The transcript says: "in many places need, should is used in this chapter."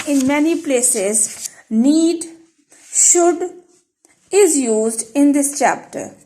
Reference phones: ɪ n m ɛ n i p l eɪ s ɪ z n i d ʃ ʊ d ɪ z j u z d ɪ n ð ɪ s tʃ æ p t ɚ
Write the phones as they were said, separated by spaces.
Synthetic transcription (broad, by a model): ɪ n m ɛ n i p l eɪ s ɪ z n i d ʃ ʊ d ɪ z j u z d ɪ n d ɪ s tʃ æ p t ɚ